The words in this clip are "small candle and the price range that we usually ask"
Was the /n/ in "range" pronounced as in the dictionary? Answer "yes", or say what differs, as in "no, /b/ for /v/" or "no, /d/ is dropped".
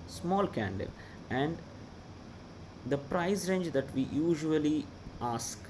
yes